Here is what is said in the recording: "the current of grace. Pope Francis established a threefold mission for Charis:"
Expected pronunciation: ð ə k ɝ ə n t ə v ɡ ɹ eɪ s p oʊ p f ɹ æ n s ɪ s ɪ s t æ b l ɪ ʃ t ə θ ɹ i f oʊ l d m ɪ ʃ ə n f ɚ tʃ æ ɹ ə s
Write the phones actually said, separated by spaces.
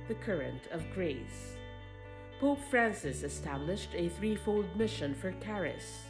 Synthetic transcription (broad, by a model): ð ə k ɝ ə n t ə v ɡ ɹ eɪ s p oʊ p f ɹ æ n s ɪ s ɪ s t æ b l ɪ ʃ t ə θ ɹ i f oʊ l d m ɪ ʃ ə n f ɚ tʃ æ ɹ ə s